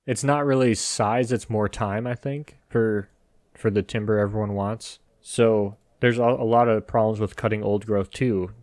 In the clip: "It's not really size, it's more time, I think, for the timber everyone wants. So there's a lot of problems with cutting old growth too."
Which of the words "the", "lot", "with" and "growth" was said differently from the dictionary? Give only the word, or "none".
none